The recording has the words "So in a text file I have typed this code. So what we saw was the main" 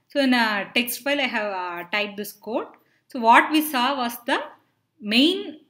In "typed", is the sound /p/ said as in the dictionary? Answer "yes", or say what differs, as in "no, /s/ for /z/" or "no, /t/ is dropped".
no, /p/ is dropped